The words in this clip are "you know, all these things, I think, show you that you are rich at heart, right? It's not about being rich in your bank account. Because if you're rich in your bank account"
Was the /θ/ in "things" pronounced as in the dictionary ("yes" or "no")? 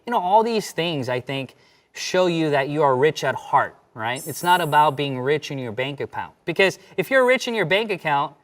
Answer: yes